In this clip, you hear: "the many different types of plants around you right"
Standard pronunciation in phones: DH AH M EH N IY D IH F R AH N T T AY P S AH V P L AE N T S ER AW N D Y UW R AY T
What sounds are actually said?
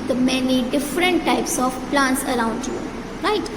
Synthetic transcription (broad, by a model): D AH M EH N IY D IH F R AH N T T AY P S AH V P L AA N T S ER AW N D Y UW R AY T